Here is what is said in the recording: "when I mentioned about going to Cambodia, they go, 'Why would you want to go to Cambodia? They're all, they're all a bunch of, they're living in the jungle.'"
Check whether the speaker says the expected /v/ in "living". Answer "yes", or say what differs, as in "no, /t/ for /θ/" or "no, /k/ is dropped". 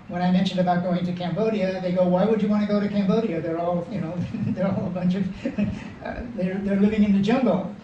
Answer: yes